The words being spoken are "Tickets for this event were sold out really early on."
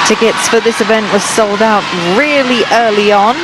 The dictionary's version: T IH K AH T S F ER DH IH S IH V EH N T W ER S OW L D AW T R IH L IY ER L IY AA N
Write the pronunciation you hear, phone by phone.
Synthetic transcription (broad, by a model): T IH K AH T S F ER DH IH S IH V EH N T W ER S OW L D AW T R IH L IY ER L IY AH N